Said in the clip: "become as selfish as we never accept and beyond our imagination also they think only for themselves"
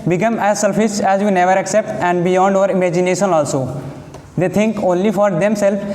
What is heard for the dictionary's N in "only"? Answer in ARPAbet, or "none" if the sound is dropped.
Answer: N